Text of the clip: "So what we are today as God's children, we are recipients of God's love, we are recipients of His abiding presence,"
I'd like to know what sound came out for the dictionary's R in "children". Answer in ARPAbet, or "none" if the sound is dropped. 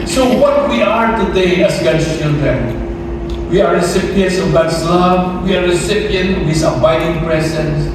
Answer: R